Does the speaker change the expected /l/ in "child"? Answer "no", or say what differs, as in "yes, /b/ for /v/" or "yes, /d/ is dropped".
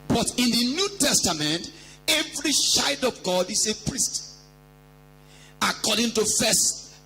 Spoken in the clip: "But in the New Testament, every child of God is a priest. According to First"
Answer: yes, /l/ is dropped